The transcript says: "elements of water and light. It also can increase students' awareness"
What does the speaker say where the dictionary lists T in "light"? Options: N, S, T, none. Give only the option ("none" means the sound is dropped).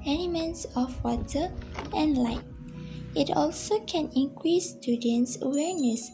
T